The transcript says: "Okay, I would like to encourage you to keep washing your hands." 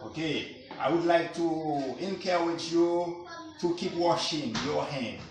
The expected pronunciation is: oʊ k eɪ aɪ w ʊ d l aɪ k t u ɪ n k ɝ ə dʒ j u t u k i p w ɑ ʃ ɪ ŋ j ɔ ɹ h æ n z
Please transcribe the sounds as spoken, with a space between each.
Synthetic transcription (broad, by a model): oʊ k eɪ aɪ w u d l aɪ k t u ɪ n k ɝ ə tʃ j u t u k i p w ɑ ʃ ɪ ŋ j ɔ h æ n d